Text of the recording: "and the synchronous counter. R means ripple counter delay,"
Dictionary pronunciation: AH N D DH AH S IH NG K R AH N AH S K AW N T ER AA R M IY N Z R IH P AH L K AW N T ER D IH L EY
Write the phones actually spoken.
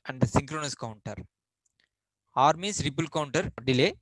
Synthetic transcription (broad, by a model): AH N D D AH S IH NG K R AH N AH S K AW N T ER AA R M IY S R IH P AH L K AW N T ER D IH L EY